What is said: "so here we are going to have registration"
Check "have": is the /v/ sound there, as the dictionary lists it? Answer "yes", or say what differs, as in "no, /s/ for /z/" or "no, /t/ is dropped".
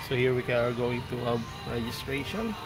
no, /b/ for /v/